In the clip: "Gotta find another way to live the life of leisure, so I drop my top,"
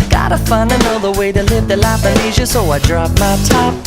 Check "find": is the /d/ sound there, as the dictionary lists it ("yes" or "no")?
no